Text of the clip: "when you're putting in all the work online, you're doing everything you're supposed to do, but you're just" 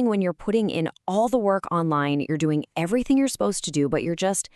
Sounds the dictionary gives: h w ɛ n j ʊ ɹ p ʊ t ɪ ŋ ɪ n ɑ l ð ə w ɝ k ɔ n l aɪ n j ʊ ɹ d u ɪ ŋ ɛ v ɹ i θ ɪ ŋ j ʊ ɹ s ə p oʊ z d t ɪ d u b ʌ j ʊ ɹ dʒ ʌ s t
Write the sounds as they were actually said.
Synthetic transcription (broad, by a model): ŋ w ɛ n j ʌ ɹ p ʊ t ɪ ŋ ɪ n ɑ l ð ə w ɝ k ɔ n l aɪ n j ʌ ɹ d u ɪ ŋ ɛ v ɹ i θ ɪ ŋ j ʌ ɹ s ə p oʊ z t ɪ d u b ʌ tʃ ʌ ɹ dʒ ʌ s t